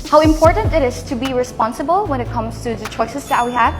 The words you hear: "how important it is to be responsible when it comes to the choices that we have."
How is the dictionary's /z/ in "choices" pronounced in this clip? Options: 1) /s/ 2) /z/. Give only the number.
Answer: 1